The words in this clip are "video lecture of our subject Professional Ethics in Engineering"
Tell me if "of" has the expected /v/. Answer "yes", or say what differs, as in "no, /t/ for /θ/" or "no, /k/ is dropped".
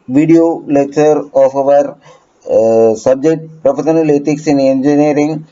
yes